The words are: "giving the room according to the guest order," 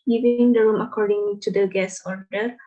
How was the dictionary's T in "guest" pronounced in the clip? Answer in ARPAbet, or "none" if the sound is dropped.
none